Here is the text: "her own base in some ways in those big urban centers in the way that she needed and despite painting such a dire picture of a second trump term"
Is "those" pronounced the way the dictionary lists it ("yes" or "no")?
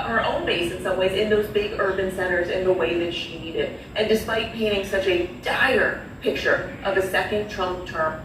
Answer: yes